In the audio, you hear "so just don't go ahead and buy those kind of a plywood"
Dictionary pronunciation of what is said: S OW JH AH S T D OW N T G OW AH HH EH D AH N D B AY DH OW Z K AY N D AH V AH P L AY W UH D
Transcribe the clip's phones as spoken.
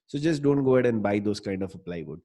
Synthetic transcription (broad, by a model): S OW JH AH S T D OW N T G OW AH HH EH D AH N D B AY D OW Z K AY N D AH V AH P L AY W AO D